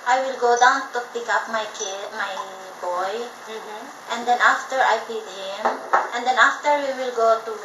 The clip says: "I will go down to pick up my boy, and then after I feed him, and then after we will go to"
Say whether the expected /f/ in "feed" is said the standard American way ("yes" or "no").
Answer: no